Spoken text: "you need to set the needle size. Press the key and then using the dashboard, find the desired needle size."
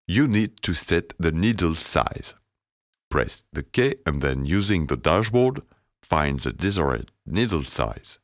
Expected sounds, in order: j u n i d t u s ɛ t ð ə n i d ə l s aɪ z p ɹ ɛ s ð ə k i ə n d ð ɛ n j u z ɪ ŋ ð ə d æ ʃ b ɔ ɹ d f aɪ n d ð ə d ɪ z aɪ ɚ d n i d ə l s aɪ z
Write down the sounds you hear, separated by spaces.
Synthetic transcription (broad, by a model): j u n i d t u s ɛ t ð ə n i d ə l s aɪ z p ɹ ɛ s ð ə k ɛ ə n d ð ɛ n j u z ɪ ŋ ð ə d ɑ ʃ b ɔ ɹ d f aɪ n d ð ə d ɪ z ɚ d n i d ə l s aɪ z